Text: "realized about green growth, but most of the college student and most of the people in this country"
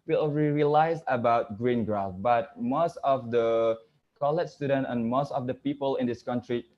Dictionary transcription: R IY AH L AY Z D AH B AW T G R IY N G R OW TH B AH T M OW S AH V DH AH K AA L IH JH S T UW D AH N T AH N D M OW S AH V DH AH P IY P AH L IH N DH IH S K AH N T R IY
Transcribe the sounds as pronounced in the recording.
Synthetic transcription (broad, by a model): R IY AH L AY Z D AH B AW T G R IY N G R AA F B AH T M OW S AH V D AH K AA L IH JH S T UW D AH N T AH N M OW S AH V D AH P IY P AH L IH N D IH S K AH N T R IY